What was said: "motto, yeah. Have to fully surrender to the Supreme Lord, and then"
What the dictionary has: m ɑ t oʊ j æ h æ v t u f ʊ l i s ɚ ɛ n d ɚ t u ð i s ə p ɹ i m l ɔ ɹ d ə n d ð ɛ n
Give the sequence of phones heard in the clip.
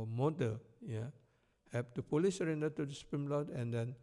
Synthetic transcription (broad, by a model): m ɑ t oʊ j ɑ h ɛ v t u p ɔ l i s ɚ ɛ n d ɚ t u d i s p ɹ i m l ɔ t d ə n d ɛ n